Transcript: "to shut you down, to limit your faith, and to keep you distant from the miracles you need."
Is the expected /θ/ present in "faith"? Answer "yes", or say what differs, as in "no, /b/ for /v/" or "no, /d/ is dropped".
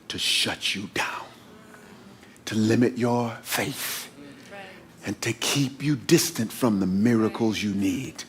yes